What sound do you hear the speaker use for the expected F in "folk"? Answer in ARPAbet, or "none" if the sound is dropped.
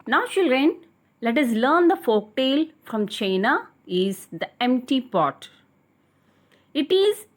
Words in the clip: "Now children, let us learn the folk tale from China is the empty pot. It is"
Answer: F